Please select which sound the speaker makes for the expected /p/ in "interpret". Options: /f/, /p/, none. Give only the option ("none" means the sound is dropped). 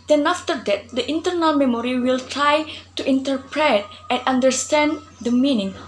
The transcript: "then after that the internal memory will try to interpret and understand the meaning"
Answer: /p/